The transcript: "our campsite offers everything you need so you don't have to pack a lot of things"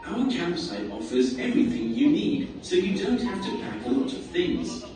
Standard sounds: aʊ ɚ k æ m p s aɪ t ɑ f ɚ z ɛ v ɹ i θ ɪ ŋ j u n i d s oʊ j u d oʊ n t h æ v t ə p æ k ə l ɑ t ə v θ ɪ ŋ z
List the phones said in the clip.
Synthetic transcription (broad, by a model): aʊ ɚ k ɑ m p s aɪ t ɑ f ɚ z ɛ v ɹ i θ ɪ ŋ j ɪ n i d s oʊ j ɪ d oʊ n t h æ f t ə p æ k ə l ɑ t ə v θ ɪ ŋ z